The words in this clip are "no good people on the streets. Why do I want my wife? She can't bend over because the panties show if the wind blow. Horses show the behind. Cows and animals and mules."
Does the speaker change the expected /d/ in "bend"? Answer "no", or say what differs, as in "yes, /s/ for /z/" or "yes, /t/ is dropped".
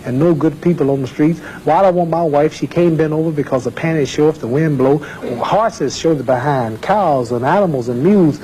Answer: yes, /d/ is dropped